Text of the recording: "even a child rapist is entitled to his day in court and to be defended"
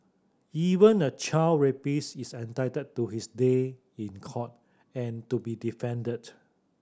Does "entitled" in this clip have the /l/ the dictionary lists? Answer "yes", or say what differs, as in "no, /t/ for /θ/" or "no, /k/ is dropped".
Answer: no, /l/ is dropped